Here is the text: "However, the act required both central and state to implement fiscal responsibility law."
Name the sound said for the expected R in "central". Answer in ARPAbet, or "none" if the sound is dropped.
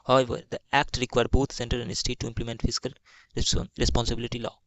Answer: none